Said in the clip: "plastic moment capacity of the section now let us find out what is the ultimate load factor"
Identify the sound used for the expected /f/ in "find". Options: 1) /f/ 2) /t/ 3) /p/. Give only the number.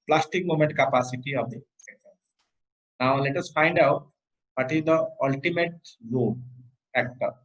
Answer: 1